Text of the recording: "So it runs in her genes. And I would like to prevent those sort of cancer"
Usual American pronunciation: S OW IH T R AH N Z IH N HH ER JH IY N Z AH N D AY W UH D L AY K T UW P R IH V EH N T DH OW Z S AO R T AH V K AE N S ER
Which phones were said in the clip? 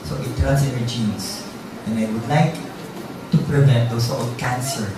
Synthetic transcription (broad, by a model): S OW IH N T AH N S IH N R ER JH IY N S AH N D AY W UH D L AY K T UW P R IH V EH N T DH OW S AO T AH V K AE N S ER